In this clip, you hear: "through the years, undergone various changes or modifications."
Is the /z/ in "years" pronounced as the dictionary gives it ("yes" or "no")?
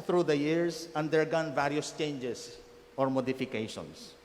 no